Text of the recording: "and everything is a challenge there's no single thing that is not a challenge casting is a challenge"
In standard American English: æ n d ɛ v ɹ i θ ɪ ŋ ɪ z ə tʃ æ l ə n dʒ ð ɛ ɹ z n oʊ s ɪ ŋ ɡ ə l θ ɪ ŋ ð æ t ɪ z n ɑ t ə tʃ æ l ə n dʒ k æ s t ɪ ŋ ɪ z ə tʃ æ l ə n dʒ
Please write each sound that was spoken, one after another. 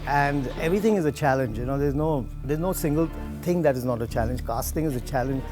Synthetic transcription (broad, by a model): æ n d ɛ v ɹ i t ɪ ŋ ɪ z ə tʃ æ l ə n dʒ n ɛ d z n oʊ s ɪ ŋ ɡ ə l t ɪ ŋ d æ t ɪ z n ɑ t ə tʃ æ l ə n dʒ k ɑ s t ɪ ŋ ɪ z ə tʃ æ l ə n dʒ